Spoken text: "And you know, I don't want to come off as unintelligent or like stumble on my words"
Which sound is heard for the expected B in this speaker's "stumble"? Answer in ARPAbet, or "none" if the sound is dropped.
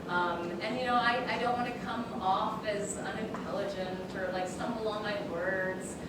none